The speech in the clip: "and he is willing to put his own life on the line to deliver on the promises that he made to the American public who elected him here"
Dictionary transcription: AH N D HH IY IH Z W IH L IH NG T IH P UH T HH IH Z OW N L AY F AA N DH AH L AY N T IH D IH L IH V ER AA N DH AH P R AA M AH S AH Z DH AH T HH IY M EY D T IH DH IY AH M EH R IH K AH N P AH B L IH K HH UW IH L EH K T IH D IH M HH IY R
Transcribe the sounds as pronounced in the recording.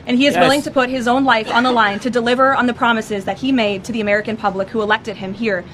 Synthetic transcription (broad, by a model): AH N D IY IH Z W IH L IH NG T IH P UH T HH IH Z OW N L AY F N DH AH L AY N T IH D IH L IH V ER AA N DH AH P R AA M AH S AH Z DH AH T HH IY M EY D T IH DH IY AH M EH R IH K AH N P AH B L IH K HH UW IH L EH K T IH D IH M HH IY R